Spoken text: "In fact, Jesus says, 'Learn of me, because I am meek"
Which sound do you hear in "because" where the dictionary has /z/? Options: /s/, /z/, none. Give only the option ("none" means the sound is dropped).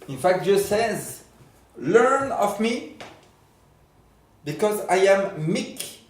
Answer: /z/